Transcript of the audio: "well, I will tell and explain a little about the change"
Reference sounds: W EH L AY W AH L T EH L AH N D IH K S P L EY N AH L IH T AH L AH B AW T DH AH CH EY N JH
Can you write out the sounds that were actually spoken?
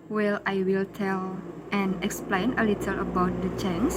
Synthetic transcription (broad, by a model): W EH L AY W AH L T EH L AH N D IH K S P L EY N AH L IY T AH L AH B AW T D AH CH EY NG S